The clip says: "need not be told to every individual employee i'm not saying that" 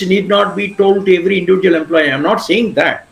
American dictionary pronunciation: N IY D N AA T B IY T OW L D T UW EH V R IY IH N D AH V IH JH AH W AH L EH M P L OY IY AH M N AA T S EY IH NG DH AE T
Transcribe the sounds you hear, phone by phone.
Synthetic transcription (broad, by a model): N IY D N AA T B IY T OW L D T UW EH V R IY IH N D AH V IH JH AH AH L EH M P L OY IY AH M N AA T S EY IH NG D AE T